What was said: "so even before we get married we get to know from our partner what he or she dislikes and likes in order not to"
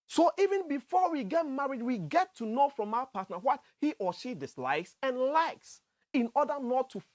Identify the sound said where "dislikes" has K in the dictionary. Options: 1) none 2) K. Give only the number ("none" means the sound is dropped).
2